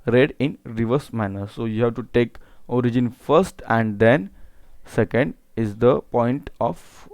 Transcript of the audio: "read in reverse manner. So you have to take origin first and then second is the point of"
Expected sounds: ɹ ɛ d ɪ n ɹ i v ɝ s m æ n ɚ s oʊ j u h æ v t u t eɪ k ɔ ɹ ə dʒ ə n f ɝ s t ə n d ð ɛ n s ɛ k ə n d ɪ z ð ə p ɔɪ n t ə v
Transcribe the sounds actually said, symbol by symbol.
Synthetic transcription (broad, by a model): ɹ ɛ d ɪ n ɹ i v ɝ s m æ n ɚ s oʊ j u h æ v t u t eɪ k ɔ ɹ ə dʒ ə n f ɝ s t ə n d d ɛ n s ɛ k ə n d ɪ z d ə p ɔɪ n t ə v